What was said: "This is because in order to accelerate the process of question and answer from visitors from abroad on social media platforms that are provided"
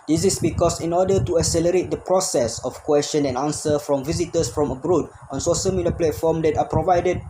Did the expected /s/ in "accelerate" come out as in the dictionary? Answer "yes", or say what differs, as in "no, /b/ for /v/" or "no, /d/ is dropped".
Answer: yes